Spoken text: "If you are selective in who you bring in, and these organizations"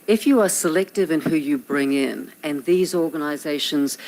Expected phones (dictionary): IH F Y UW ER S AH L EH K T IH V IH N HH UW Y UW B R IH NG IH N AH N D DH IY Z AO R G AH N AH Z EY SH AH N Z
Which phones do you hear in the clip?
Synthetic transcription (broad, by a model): IH F Y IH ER S AH L EH K T IH V IH N HH UW Y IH B R IH NG IH N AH N DH IY Z AO R G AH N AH Z EY SH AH N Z